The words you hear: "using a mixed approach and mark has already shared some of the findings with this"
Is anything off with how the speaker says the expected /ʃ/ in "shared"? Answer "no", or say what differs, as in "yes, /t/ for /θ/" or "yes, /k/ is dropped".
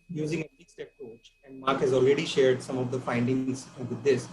no